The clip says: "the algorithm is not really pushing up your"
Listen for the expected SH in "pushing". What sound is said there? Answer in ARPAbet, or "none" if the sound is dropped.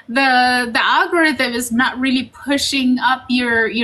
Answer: SH